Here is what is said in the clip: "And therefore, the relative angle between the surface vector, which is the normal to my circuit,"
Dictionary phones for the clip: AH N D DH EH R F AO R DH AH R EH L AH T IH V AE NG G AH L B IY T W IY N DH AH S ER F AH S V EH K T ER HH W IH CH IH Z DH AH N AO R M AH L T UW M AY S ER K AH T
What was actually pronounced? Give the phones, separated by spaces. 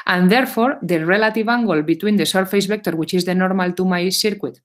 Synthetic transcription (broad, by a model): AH N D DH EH R F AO R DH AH R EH L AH T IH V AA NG G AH L B IY T W IY N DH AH S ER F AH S B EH K T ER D W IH CH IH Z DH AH N AO R M AH L T UW M AY S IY K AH T